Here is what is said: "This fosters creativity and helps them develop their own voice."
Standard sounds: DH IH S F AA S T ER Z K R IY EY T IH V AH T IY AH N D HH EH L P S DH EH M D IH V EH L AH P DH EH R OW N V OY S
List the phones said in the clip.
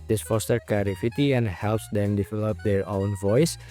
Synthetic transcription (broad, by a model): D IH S F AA S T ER K EH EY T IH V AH T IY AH N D HH EH L P S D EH M D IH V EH L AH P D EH R OW N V OY S